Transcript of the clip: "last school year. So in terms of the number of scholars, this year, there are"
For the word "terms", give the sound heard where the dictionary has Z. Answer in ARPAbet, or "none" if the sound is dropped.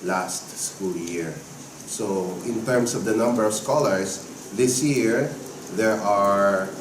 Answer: S